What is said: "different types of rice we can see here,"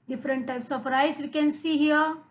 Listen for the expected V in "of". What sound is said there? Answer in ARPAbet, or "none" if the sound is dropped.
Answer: P